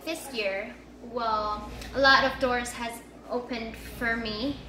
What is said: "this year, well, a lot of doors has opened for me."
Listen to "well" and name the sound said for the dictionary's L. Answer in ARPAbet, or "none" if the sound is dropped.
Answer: L